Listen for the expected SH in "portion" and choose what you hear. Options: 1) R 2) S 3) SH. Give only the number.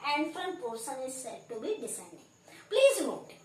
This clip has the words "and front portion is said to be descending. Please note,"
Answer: 2